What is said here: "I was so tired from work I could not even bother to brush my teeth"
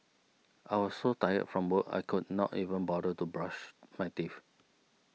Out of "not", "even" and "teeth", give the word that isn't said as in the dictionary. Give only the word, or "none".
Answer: teeth